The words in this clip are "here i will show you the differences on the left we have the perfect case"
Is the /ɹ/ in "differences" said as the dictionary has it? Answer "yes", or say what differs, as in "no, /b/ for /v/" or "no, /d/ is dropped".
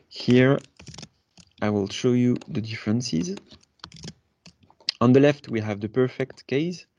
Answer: yes